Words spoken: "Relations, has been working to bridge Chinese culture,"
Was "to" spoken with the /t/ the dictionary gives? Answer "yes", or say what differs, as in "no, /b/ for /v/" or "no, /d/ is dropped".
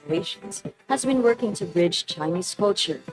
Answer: yes